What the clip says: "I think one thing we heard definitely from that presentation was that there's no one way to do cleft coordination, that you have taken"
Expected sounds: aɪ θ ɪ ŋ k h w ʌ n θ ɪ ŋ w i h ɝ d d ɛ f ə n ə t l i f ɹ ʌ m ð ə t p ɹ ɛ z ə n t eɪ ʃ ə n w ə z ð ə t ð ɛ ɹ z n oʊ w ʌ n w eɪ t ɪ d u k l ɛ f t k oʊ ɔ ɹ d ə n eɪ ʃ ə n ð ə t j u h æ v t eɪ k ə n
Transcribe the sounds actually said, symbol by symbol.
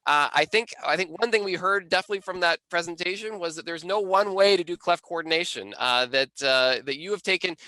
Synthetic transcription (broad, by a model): aɪ θ ɪ ŋ k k w ʌ n θ ɪ ŋ w i h ɝ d d ɛ f ə n ə t l i f ɹ ʌ m ð ə t p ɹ ɛ z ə n t eɪ ʃ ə n w ə z ð ə t ð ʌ ɹ z n oʊ w ʌ n w eɪ t ɪ d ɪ k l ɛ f k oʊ ɔ ɹ d n eɪ ʃ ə n ð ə t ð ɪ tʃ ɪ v t eɪ k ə n